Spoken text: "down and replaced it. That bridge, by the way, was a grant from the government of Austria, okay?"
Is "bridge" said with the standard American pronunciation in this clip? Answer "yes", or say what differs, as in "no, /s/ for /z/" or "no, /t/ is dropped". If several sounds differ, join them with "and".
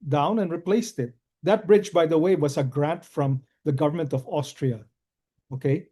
yes